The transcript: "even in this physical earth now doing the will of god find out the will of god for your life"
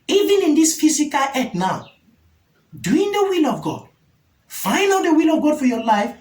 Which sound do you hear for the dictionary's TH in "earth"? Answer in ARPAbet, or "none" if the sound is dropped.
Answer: T